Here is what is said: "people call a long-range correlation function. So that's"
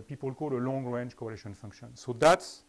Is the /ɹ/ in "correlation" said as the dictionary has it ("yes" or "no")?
no